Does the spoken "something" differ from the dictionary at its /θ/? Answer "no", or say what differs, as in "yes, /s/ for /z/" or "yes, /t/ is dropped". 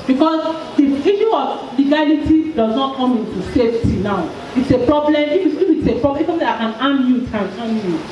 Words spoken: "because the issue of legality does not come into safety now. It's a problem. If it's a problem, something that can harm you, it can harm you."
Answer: yes, /s/ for /θ/